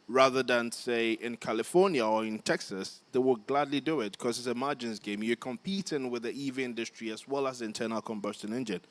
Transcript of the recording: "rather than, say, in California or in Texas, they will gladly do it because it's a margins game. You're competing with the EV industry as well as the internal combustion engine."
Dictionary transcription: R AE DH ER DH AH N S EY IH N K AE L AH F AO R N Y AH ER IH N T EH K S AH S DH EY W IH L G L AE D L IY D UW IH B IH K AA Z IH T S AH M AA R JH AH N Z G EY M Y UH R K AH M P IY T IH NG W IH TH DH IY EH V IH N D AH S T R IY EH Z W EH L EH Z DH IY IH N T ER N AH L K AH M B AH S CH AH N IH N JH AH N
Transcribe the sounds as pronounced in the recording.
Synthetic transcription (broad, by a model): R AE DH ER DH AH N S EY IH N K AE L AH F AO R N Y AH ER IH N T EH K S AH S DH EY W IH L G L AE D L IY D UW IH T K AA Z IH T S AH M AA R JH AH N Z G EY M Y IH K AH M P IY T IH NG W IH DH IY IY V IH N D AH S T R IY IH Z W EH L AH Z DH IY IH N T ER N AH L K AH M B AH S CH AH N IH N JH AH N